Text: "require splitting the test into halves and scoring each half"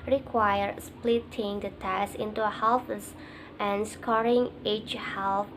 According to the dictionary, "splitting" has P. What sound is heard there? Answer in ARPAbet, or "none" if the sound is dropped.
P